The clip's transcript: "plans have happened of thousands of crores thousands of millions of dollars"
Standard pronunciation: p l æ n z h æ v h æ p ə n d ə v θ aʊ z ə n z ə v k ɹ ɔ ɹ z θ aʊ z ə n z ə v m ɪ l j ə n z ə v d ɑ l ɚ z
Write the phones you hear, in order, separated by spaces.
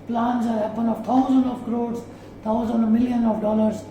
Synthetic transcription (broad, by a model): p l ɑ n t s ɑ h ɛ p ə n ə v t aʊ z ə n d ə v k ɹ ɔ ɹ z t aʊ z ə n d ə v m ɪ l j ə n ə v d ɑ l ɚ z